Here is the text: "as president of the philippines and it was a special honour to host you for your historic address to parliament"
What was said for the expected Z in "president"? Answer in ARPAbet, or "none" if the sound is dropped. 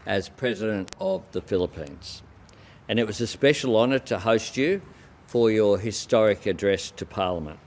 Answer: Z